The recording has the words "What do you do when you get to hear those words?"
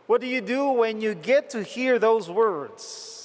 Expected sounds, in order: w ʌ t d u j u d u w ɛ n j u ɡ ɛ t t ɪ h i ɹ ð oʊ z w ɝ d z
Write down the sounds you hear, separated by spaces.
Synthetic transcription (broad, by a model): w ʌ t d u j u d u w ɛ n j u ɡ ɛ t t ɪ h i ɹ ð oʊ z w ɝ d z